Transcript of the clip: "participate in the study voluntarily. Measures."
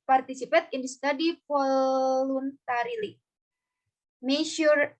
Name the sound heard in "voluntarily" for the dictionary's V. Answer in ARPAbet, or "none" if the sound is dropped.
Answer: F